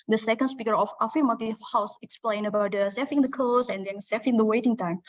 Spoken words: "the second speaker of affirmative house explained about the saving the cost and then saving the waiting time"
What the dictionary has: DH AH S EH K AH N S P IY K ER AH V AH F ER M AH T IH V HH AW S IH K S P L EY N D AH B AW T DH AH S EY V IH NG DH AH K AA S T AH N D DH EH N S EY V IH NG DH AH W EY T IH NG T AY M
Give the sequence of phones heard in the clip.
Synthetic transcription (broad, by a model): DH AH S EH K AH N S P IY K ER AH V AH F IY M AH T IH HH AW S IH K S P L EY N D AH B AW T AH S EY F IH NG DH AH K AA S AH N D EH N S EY F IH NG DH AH W EY T IH NG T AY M